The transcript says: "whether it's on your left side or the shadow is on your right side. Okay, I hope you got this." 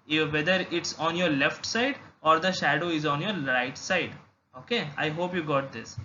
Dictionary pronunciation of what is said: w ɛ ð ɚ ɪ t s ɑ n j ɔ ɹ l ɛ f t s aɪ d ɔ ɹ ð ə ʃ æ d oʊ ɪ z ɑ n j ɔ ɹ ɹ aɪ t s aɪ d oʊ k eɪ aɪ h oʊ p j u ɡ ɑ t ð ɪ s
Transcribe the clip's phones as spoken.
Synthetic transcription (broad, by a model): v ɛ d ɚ ɪ t s ɑ n j ɔ ɹ l ɛ f t s aɪ d ɔ ɹ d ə ʃ æ d oʊ ɪ z ɑ n j ɔ ɹ ɹ aɪ t s aɪ d oʊ k eɪ aɪ h oʊ p j u ɡ ɑ t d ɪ s